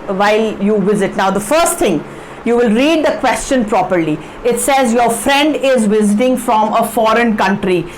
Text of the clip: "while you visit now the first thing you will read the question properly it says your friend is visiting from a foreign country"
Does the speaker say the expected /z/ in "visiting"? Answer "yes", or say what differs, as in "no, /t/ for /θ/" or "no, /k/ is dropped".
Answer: yes